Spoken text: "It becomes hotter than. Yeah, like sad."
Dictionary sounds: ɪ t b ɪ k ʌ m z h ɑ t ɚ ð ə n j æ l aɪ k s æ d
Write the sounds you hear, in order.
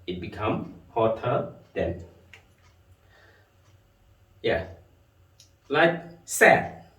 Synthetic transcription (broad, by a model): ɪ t b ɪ k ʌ m h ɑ t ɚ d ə n j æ l aɪ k s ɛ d